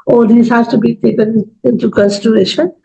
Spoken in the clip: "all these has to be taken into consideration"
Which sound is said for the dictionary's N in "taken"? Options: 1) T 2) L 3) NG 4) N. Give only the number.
2